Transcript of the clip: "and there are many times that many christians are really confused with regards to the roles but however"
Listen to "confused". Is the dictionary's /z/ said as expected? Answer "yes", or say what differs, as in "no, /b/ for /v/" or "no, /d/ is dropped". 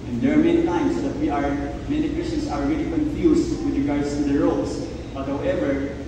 no, /s/ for /z/